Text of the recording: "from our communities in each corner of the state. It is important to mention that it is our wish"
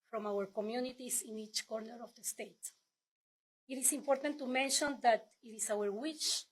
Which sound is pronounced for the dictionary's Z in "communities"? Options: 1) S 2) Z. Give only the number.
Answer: 1